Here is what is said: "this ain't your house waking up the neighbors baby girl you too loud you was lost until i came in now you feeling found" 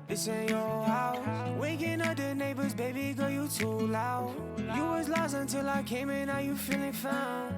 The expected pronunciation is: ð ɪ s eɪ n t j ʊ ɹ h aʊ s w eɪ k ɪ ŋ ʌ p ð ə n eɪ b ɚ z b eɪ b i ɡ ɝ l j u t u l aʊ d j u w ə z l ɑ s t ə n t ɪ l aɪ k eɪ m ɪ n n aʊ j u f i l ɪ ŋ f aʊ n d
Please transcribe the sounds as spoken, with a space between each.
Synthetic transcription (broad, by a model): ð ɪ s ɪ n j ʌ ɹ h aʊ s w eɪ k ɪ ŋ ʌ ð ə n eɪ b ɚ z b eɪ b i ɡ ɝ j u t u l aʊ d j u w ə z l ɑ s ə n t ɪ l aɪ k eɪ m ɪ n n aʊ j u f i l ɪ ŋ f aʊ n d